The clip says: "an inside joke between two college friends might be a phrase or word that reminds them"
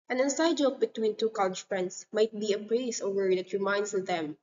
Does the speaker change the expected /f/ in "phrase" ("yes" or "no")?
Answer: yes